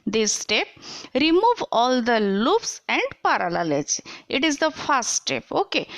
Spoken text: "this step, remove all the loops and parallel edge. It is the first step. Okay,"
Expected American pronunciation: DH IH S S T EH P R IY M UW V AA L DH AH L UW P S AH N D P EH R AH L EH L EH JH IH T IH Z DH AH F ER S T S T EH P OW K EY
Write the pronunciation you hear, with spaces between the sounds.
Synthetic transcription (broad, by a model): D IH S S T EH P R IY M UW V AA L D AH L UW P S AH N D P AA R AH L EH L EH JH IH T IH Z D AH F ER T S T EH P OW K EY